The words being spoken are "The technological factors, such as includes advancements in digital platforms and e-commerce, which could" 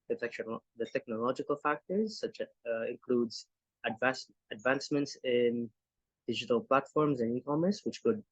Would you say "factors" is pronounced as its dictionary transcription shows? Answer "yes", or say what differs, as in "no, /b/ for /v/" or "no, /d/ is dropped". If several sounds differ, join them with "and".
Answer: yes